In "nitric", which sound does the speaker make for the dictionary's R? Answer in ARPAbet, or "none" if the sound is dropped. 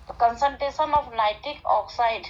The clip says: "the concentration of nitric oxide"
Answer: none